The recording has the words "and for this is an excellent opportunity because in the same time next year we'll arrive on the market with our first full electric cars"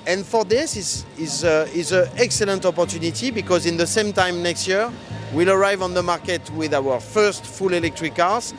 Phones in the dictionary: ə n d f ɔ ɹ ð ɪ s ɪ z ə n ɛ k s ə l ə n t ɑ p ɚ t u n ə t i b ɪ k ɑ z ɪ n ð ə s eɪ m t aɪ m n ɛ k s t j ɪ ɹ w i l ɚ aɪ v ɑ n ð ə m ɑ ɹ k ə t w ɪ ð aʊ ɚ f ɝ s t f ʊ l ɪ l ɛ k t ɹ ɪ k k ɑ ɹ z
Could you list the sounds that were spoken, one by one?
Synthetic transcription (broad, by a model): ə n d f ɔ ɹ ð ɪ s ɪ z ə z ɛ k s ə l ə n t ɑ p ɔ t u n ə t i b ɪ k ɑ z ɪ n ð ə s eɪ m t aɪ m n ɛ k s t j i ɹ w i l ɚ aɪ v ɑ n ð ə m ɑ ɹ k ə t w ɪ ð aʊ ɚ f ɝ s t f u l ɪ l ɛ k t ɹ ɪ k k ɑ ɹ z